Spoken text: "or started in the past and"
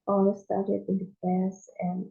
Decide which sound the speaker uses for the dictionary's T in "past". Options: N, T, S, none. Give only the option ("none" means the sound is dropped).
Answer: none